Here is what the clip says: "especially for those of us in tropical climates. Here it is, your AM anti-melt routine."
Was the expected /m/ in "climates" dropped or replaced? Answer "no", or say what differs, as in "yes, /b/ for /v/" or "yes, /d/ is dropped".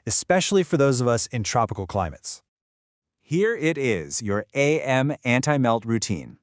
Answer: no